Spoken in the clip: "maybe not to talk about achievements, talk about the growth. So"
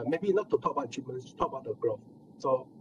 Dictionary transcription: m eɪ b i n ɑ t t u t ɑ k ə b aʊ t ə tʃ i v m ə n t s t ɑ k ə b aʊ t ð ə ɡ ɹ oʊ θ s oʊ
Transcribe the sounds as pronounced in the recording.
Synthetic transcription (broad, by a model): m eɪ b i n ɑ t t u t ɑ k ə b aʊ ə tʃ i m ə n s t ɑ k ə b aʊ t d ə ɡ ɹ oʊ f s oʊ